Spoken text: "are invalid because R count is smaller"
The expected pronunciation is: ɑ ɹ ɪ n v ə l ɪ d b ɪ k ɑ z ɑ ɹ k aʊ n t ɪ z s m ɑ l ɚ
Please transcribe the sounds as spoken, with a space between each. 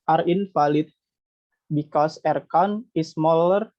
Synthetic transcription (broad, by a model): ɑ ɹ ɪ n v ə l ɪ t b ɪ k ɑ s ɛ ɹ k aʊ n ɪ s m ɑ l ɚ